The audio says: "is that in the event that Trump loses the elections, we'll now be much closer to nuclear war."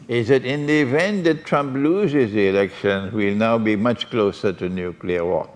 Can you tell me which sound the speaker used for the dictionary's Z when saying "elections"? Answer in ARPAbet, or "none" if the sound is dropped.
none